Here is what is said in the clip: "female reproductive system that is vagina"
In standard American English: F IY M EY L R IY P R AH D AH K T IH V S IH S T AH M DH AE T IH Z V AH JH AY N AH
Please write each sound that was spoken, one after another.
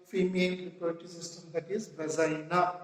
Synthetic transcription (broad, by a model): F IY M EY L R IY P AH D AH T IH S IH S T AH M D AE T IH Z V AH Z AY N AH